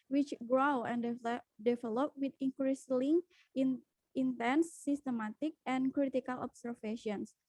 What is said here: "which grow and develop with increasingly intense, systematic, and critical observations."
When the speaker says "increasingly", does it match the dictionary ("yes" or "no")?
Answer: no